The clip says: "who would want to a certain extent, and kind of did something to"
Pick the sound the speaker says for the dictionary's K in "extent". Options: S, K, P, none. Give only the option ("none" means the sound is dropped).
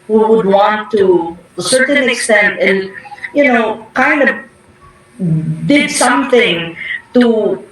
K